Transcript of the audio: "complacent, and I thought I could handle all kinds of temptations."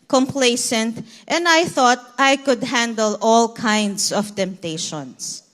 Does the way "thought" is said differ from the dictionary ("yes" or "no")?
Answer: no